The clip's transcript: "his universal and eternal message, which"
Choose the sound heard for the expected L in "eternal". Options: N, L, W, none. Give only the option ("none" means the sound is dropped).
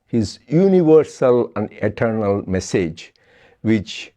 L